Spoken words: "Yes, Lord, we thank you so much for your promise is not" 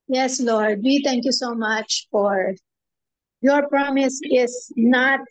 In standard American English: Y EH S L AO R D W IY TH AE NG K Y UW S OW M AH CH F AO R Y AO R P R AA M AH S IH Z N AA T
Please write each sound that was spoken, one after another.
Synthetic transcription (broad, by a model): Y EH S L AO R D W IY T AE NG K Y UW S OW M AH CH F AO R Y AO R P R AA M AH S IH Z N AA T